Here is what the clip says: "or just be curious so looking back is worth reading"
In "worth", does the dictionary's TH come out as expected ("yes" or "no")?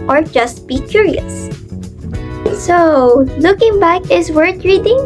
no